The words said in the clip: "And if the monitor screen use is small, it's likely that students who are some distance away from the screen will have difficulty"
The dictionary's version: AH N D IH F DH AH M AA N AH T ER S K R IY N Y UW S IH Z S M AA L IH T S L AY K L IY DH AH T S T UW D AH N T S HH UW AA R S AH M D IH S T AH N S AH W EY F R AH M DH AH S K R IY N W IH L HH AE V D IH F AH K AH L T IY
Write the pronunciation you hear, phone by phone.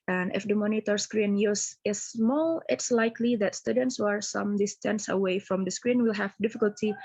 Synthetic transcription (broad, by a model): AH N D IH F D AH M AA N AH T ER S K R IY N Y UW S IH S M AA L IH T S L AY K L IY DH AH T S T UW D AH N T S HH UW AA R S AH M D IH S T AH N S AH W EY F R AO M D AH S K R IY N W IH L HH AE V D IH F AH K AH L T IY